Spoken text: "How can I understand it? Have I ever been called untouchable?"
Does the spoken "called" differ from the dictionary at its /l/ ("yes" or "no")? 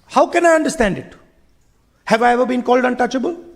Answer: no